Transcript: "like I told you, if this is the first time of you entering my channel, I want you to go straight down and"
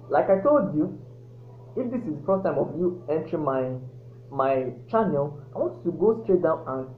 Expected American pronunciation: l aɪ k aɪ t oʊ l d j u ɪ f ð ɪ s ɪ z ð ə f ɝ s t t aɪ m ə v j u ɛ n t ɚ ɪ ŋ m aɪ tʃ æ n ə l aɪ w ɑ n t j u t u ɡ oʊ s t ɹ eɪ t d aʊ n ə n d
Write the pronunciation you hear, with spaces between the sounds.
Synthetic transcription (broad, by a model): l aɪ k aɪ t oʊ l d j u ɪ f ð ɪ s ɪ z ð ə f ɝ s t t aɪ m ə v j u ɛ n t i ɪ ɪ m aɪ tʃ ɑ n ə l aɪ w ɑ n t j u t u ɡ oʊ s t ɹ eɪ t d aʊ n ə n